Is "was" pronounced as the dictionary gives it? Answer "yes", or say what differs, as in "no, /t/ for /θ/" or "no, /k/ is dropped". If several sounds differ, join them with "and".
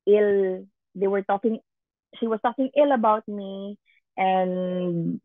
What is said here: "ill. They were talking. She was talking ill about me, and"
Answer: no, /s/ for /z/